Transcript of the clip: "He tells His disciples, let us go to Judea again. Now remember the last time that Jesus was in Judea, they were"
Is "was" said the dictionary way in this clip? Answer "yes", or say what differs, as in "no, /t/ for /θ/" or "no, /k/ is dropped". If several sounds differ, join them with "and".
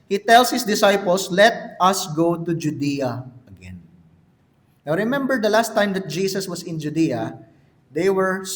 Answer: no, /s/ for /z/